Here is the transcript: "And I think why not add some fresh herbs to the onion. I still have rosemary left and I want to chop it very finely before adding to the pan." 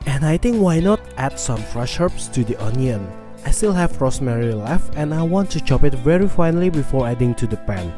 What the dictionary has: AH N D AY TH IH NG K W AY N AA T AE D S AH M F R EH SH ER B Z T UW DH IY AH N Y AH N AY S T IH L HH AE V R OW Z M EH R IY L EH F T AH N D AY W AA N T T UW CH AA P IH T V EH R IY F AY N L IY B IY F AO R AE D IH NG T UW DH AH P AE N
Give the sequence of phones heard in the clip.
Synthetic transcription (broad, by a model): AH N AY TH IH NG K W AY N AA T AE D S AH M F R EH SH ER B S T UW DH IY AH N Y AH N AY S T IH L HH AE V R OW S M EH R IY L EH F AH N AY W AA N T T UW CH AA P IH T V EH R IY F AY N L IY B IY F AO R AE D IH NG T UW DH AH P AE N